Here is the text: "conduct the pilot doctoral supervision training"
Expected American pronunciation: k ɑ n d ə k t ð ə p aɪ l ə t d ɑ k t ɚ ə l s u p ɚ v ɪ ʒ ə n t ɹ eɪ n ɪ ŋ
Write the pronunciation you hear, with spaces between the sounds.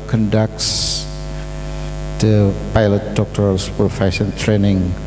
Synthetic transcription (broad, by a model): k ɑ n d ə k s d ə p aɪ l ə t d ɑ k t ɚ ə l s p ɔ f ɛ s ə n t ɹ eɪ n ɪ ŋ